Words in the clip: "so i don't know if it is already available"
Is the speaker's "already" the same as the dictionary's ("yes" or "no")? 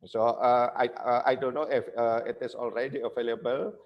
yes